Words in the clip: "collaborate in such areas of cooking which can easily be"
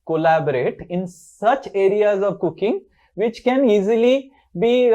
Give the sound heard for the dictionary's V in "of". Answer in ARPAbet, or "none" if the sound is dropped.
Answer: V